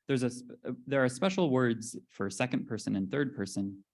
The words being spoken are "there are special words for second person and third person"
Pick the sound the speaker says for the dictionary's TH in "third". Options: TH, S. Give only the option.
TH